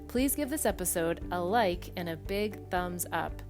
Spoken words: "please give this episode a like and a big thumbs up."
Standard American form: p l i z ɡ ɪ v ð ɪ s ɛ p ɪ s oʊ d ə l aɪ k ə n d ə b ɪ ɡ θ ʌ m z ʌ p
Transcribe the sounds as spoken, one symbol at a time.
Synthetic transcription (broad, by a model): p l i z ɡ ɪ v ð ɪ s ɛ p ɪ s oʊ d ə l aɪ k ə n ə b ɪ ɡ θ ʌ m z ʌ p